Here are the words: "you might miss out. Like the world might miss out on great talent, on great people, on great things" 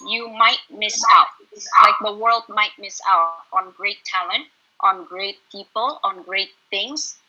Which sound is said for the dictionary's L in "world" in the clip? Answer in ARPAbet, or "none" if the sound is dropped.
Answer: L